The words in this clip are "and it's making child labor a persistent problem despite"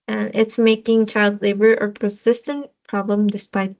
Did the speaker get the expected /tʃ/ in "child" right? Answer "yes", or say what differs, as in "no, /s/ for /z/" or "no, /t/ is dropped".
yes